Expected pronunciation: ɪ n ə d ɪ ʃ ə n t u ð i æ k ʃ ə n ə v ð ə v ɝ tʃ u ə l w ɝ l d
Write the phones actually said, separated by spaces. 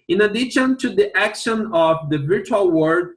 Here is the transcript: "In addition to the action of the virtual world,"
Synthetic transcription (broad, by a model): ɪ n ə d ɪ ʃ ə n t u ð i æ k ʃ ə n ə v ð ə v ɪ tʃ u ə l w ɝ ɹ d